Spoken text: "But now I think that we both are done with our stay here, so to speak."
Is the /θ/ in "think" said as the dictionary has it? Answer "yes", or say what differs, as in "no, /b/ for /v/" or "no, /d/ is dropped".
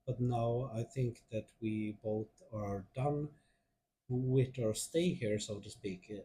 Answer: yes